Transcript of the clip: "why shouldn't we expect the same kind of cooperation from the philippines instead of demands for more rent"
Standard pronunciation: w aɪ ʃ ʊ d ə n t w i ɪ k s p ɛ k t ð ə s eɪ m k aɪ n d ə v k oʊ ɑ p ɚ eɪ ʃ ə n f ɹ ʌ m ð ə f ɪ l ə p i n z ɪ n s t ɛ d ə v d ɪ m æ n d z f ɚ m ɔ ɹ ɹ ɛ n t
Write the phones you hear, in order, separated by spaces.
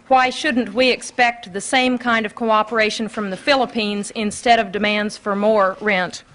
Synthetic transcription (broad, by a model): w aɪ ʃ ʊ d n t w i ɪ k s p ɛ k t ð ə s eɪ m k aɪ n d ə v k oʊ ɑ p ɚ eɪ ʃ ə n f ɹ ʌ m ð ə f ɪ l ə p i n z ɪ n s t ɛ d ə v d ɪ m æ n d z f ɚ m ɔ ɹ ɹ ɛ n t